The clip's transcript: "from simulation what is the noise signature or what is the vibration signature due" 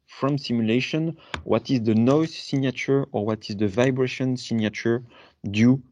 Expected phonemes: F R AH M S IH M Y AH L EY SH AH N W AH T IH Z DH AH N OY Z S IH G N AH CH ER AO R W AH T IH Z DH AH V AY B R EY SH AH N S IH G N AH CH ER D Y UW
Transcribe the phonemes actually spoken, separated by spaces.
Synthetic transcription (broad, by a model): F R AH M S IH M Y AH L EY SH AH N W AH T IH Z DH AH N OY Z S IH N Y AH CH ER AO R W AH T IH Z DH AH V AY B R EY SH AH N S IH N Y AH CH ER D Y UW